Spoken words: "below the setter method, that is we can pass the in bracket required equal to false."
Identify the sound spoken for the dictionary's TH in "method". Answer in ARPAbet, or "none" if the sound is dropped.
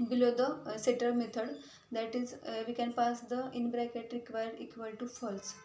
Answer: T